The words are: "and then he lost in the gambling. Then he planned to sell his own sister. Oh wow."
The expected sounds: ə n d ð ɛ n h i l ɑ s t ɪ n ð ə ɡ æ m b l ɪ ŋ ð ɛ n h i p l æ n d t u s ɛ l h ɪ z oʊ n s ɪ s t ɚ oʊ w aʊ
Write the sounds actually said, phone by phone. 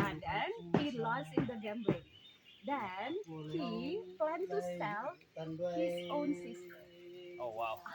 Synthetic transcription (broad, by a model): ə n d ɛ n h i l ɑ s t ɪ n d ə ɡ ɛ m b ɪ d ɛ n h i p l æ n t u s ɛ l h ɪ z oʊ n s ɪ s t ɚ oʊ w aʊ